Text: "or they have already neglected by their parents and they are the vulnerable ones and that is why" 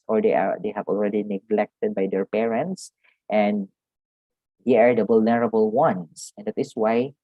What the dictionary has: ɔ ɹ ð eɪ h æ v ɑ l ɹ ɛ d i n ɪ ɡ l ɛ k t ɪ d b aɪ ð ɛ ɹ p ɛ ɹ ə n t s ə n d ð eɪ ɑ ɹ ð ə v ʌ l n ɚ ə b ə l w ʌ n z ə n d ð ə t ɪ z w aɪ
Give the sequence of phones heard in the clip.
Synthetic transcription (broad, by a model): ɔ ɹ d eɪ h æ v ɑ l ɹ ɛ d i n ɪ ɡ l ɛ k t ɪ d b aɪ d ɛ ɹ p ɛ ɹ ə n t s ə n d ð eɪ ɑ ɹ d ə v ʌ l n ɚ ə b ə l w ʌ n s ə n d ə t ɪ s w aɪ